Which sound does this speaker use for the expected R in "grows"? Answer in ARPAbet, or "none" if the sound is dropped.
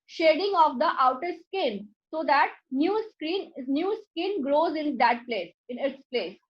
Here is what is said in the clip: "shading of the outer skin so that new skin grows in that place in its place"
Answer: R